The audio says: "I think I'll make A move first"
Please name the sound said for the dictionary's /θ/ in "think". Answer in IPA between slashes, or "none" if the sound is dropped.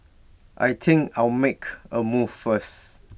/t/